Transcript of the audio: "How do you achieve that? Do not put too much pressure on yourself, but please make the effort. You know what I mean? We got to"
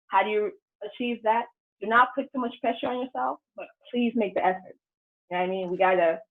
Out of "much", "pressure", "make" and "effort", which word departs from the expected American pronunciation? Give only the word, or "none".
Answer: none